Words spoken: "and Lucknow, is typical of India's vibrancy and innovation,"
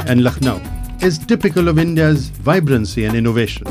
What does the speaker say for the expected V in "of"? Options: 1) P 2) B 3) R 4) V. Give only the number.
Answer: 4